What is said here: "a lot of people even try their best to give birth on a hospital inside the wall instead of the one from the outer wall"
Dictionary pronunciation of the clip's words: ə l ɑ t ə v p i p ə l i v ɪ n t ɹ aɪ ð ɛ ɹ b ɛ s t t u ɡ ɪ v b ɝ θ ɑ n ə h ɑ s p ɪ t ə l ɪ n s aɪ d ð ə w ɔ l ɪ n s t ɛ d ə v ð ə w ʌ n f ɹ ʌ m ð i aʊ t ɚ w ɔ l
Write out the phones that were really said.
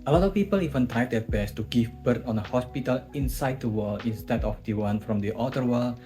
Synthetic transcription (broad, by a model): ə l ɑ t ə f p i p ə l i v ɪ n t aɪ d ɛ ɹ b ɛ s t t u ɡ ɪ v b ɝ t ɑ n ə h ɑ s p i t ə l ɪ n s aɪ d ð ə w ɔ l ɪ n s t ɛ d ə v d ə w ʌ n f ɹ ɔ m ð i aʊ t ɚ w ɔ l